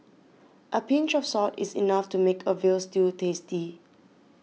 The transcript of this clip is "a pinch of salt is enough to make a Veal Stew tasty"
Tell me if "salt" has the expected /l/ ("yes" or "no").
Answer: no